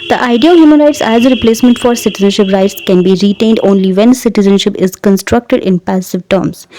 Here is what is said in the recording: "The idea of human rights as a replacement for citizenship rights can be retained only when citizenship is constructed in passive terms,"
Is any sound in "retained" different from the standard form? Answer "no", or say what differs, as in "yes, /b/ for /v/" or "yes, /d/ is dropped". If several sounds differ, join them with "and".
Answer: no